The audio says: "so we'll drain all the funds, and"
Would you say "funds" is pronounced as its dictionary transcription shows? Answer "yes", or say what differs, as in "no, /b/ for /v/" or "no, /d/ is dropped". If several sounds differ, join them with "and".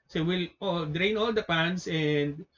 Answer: no, /p/ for /f/